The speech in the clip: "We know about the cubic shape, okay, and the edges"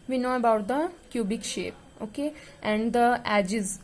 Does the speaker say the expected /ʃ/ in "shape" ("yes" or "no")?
yes